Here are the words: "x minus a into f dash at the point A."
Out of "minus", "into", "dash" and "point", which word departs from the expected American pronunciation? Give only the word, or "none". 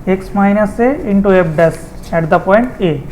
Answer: dash